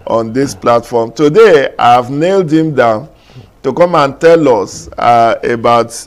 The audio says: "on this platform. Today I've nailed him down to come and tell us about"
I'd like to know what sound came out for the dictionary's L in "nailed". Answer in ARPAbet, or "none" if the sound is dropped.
L